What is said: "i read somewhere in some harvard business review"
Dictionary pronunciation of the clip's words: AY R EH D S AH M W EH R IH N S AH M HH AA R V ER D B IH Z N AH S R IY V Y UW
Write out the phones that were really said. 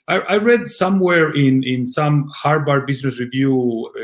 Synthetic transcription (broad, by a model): AY R EH D S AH M W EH R IH N S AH M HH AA R B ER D B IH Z N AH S R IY V Y UW